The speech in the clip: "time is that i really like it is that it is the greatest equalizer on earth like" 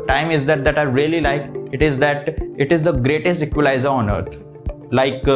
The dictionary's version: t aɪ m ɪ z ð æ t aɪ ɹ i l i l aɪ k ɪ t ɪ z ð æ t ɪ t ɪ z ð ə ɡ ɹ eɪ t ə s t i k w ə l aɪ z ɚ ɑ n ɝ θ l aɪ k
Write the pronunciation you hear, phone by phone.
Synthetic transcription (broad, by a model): t aɪ m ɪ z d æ t aɪ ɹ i l i l aɪ k ɪ t ɪ z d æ t ɪ t ɪ z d ə ɡ ɹ eɪ t ə s t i k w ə l aɪ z ɚ ɑ n ɝ t l aɪ k